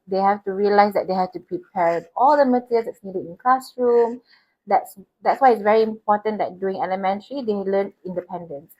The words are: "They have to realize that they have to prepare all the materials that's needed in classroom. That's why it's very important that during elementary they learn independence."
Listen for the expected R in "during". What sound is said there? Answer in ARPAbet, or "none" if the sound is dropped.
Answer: none